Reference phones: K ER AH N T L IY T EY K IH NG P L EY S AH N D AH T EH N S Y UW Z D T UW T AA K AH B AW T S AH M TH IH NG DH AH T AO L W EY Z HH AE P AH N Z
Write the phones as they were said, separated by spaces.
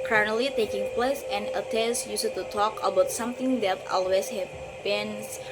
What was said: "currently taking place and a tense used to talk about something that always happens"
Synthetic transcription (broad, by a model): K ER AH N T L IY T EY K IH NG P L EY S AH N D AH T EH S Y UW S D T UW T AA K AH B AW T S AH M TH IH NG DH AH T AO L W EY S HH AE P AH N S